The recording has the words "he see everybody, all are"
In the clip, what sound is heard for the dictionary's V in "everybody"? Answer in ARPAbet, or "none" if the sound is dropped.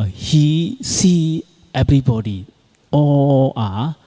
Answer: B